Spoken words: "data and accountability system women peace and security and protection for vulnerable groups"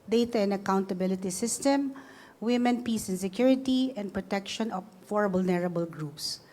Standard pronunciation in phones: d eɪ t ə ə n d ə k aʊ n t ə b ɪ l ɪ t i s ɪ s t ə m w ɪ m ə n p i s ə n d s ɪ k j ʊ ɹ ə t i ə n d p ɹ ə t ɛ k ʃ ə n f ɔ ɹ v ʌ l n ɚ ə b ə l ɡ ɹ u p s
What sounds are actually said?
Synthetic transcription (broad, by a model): d eɪ t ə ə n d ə k aʊ n t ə b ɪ l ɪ t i s ɪ s t ə m w ɪ m ə n p i s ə n s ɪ k j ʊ ɹ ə t i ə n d p ɹ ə t ɛ k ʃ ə n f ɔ ɹ b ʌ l n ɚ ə b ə l ɡ ɹ u p s